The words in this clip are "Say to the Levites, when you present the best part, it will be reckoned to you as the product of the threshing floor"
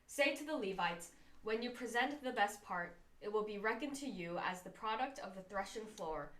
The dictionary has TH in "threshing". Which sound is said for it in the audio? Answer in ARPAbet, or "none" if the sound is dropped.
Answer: TH